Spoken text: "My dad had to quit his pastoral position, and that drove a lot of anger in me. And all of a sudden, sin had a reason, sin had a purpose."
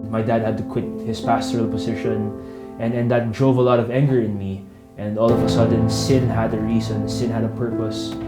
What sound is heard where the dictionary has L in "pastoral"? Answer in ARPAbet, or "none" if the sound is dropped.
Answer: L